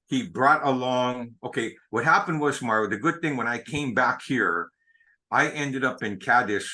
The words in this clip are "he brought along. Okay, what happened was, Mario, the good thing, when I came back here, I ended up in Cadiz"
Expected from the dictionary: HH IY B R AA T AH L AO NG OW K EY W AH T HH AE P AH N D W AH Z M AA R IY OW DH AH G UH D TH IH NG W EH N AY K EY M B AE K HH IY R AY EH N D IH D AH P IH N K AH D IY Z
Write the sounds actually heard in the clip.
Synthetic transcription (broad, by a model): HH IY B R AA T AH L AO NG OW K EY W AH T HH AE P AH N D W AH Z M AA R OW DH AH G UH D TH IH NG W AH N AY K EY M B AE K HH IY R AY EH N D IH D AH P IH N K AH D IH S